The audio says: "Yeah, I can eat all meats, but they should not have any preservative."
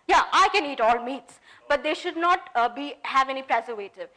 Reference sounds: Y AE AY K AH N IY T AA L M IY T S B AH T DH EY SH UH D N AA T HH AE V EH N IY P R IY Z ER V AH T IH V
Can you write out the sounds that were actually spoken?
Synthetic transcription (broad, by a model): Y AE AY K AH N IY T AA L M IY T S B AH T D EY SH UH D N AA T HH AE V EH N IY P R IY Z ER V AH T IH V